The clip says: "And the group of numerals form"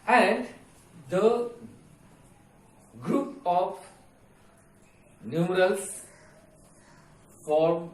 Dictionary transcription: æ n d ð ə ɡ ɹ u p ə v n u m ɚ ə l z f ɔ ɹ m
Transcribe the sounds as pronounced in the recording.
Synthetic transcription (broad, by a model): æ n d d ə ɡ ɹ u p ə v n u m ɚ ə l s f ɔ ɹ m